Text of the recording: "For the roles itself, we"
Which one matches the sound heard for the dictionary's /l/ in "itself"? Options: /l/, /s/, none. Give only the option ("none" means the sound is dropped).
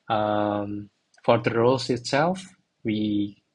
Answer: /l/